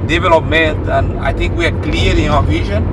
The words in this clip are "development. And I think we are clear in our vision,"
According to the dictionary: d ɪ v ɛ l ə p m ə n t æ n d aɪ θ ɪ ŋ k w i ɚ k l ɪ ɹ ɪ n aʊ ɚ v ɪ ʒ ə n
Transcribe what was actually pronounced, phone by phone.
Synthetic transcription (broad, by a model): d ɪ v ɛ l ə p m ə n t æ n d aɪ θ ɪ ŋ k w i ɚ k l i l ɪ n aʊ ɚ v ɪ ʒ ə n